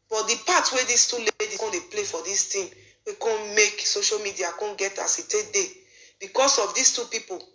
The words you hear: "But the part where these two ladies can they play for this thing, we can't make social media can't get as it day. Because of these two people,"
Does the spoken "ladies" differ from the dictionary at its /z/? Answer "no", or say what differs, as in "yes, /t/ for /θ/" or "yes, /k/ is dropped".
yes, /z/ is dropped